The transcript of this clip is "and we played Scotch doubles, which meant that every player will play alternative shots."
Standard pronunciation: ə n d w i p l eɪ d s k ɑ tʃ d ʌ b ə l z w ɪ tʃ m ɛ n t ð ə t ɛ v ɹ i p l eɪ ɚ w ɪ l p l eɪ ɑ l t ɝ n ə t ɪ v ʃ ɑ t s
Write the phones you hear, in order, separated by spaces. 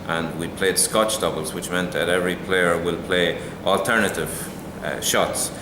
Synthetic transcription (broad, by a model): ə n w i p l eɪ d s k ɑ tʃ d ʌ b ə l z w ɪ tʃ m ɛ n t ð ə t ɛ v ɹ i p l eɪ ɚ w ɪ l p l eɪ ɑ l t ɝ n ə t ɪ v ʃ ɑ t s